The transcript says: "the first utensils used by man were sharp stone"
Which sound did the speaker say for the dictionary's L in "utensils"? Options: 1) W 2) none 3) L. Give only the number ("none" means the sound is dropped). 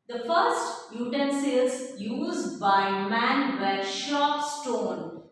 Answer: 2